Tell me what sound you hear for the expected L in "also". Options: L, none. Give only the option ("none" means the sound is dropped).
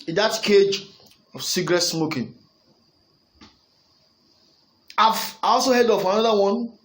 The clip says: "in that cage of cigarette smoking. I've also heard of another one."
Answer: L